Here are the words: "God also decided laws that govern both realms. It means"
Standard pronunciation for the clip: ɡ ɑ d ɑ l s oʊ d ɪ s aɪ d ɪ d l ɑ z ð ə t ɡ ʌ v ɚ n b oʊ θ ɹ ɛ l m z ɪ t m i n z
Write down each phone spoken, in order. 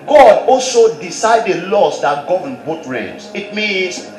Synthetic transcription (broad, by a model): ɡ ɑ d ɑ l s oʊ d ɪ s aɪ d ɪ l ɑ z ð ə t ɡ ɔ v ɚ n b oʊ t ɹ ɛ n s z ɪ t m i n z